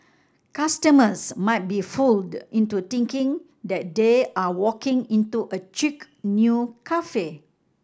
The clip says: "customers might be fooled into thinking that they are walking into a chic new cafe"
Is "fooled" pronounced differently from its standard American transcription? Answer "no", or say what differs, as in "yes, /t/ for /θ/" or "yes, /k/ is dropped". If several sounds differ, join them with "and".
no